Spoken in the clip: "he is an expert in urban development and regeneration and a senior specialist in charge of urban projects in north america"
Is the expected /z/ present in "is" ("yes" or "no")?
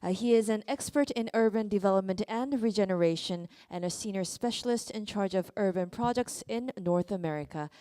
yes